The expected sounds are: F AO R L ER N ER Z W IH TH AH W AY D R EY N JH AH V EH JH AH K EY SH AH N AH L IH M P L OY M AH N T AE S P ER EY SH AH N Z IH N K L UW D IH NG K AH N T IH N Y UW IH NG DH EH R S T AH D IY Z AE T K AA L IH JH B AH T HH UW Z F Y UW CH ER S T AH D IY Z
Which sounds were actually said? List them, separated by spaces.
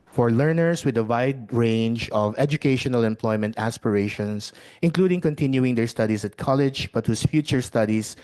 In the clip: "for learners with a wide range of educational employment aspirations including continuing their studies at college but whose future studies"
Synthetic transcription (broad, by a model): F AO R L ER N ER S W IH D AH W AY D R EY N JH AH V EH JH AH K EY SH AH N AH L IH M P L OY M AH N T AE S P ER EY SH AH N S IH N K L UW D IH NG K AH N T IH N Y UW IH NG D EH R S T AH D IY S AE T K AA L IH JH B AH T HH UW S F Y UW CH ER S T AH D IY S